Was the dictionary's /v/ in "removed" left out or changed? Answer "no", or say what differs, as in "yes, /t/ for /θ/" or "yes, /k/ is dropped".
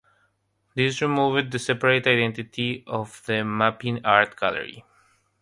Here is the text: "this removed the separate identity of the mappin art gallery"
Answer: no